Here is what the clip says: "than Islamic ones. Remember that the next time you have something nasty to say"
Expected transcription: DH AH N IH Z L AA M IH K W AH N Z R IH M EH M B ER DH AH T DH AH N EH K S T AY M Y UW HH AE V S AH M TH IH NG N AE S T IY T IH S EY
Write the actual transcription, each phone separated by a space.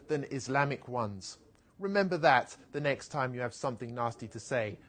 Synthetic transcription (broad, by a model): DH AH N IH Z L AA M IH K W AH N Z R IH M EH M B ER DH AH T DH AH N EH K S T AY M Y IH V S AH M TH IH NG N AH S T IY T IH S EY